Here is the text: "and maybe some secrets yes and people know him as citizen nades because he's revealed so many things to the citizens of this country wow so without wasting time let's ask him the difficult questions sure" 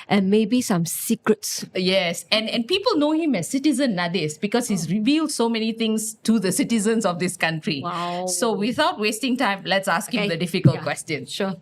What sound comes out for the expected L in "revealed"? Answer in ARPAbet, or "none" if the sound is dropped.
L